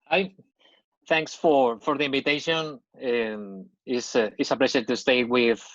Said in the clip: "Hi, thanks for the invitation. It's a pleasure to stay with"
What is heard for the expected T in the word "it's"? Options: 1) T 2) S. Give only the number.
2